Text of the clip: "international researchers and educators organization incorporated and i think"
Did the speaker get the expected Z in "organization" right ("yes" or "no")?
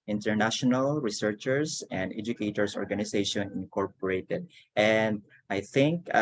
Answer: no